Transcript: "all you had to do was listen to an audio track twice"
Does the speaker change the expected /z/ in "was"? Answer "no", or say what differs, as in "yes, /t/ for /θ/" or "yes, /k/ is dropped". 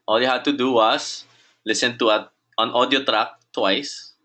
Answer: yes, /s/ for /z/